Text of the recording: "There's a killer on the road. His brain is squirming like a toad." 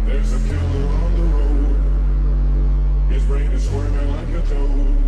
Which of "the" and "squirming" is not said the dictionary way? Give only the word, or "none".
squirming